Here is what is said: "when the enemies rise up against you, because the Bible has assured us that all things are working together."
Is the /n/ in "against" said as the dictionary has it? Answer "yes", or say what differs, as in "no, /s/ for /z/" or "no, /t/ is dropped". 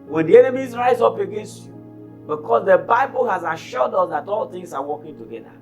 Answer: yes